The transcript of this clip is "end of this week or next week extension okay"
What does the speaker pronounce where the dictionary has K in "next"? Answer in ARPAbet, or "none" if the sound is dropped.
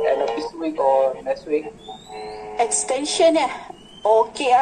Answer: none